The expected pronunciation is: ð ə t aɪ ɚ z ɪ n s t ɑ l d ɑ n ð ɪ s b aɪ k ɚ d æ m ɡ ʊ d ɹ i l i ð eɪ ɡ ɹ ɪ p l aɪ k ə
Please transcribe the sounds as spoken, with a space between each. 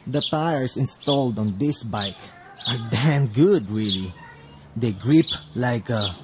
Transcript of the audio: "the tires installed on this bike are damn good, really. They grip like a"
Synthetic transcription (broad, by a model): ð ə t aɪ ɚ s ɪ n s t ɑ l d ɑ n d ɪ s b aɪ k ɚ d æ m ɡ ʊ d ɹ i l i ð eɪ ɡ ɹ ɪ p l aɪ k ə